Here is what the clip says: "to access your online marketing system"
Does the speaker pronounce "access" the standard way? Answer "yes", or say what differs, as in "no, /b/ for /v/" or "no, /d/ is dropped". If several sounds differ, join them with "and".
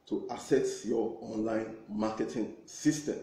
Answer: no, /k/ is dropped